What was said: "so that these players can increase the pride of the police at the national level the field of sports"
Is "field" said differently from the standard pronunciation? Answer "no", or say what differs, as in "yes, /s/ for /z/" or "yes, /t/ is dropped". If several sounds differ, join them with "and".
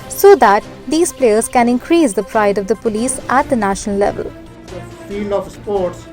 yes, /d/ is dropped